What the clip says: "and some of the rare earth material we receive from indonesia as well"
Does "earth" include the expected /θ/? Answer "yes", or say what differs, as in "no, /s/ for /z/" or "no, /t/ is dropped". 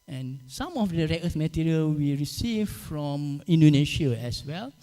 no, /s/ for /θ/